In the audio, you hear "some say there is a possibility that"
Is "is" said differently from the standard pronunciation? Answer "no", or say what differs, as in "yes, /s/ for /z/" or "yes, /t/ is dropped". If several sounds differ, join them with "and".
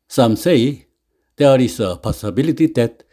yes, /s/ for /z/